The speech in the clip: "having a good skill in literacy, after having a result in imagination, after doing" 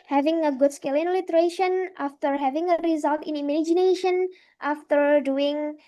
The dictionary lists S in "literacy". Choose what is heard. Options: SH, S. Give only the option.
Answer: SH